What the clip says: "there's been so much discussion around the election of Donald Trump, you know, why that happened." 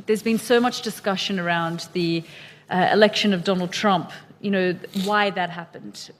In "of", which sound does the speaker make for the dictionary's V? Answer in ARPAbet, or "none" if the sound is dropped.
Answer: V